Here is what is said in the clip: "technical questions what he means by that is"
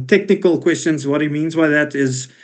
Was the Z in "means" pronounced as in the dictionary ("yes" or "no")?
yes